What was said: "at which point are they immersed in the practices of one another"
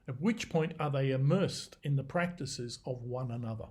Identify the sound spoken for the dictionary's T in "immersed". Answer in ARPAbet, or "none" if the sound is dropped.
T